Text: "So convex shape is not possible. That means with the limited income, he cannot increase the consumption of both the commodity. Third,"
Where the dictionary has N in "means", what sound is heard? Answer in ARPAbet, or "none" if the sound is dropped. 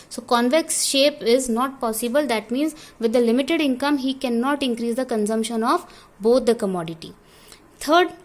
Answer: N